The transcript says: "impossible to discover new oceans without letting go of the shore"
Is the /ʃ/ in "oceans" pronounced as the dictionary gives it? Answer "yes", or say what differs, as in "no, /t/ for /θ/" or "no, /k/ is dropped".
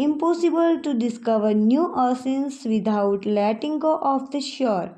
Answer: no, /s/ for /ʃ/